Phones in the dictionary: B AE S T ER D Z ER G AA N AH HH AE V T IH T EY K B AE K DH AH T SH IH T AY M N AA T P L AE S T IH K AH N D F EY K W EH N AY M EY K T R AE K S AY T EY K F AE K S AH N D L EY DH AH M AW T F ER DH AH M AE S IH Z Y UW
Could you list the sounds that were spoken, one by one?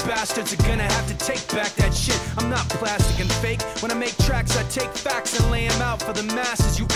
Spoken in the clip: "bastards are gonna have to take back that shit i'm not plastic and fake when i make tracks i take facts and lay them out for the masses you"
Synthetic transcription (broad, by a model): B AE S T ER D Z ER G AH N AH HH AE F T IH T EY K B AE K DH AH T SH IH T AY M N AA T P L AE S T IH K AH N F EY K W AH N AY M EY K T R AE K S AY T EY K F AE K S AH N L EY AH M AW T F ER DH AH M AE S IH Z Y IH